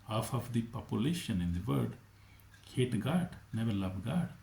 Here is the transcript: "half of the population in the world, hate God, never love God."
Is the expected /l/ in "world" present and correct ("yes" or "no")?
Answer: no